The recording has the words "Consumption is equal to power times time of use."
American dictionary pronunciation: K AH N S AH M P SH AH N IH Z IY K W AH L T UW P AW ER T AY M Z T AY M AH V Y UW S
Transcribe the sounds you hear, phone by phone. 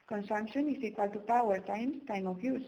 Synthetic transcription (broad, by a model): K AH N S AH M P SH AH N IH S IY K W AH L T UW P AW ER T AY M S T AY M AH F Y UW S